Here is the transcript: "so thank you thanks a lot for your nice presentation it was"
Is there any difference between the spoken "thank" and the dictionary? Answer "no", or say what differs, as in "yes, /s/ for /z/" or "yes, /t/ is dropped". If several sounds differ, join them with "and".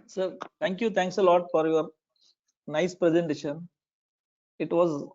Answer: yes, /t/ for /θ/